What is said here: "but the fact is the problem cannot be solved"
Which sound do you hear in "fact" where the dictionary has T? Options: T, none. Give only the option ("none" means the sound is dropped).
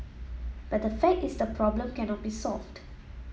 none